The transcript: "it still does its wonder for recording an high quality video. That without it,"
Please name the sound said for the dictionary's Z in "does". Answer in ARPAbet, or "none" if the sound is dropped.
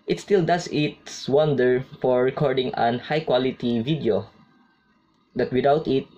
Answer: S